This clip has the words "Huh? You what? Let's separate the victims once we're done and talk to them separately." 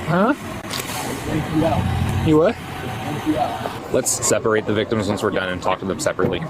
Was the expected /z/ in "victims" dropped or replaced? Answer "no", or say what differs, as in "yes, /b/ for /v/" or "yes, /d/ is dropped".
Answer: no